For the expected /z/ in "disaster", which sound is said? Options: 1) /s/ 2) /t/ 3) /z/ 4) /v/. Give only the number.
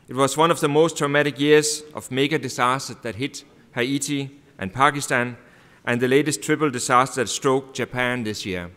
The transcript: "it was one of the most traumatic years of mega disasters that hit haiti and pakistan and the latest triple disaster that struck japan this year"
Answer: 1